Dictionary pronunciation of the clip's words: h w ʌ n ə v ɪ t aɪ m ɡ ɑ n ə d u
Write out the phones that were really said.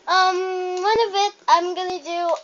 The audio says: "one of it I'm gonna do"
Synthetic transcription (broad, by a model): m w ʌ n ə v ɪ t aɪ m ɡ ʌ n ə d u